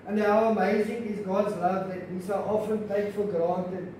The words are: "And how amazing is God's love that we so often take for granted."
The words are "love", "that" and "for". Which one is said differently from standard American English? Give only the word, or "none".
for